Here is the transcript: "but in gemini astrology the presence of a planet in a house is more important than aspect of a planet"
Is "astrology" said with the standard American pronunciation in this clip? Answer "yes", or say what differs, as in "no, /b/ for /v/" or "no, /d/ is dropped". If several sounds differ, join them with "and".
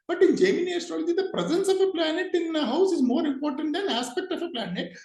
no, /ɹ/ is dropped